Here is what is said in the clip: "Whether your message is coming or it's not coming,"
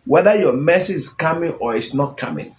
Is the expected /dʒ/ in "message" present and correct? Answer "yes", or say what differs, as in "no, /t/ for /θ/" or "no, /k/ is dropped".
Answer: no, /dʒ/ is dropped